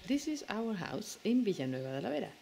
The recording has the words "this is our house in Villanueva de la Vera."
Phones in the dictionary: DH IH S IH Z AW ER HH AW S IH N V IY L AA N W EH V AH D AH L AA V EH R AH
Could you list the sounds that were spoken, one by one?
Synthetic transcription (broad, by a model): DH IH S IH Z AW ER HH AW S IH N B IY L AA N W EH B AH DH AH L AA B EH R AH